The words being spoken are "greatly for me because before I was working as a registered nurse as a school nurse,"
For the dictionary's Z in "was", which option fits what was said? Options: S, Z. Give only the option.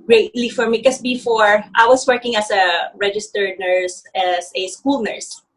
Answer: S